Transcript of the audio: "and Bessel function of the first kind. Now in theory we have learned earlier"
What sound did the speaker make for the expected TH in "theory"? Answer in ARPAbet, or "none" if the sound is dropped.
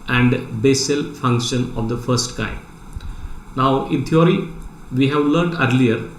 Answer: T